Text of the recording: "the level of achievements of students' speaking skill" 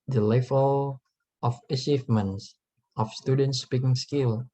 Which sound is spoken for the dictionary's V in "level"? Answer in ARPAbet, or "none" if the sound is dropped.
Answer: F